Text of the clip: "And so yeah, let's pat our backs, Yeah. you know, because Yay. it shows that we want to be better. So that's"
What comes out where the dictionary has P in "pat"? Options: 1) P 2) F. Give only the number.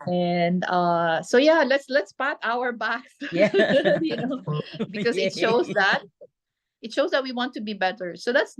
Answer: 1